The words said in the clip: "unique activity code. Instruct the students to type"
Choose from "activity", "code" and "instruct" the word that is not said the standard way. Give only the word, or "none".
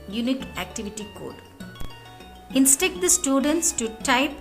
instruct